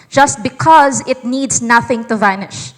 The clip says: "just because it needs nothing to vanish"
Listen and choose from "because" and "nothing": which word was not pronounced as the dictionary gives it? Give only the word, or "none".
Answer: none